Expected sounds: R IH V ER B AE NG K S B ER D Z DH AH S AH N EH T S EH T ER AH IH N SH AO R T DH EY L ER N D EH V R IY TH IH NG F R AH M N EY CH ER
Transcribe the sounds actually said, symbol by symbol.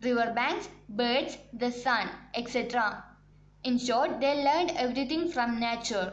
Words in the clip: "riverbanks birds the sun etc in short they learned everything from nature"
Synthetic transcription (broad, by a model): R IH V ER B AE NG K S B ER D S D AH S AH N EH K S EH T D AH IH N SH AO R T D EY L ER N D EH V R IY T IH NG F R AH M N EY CH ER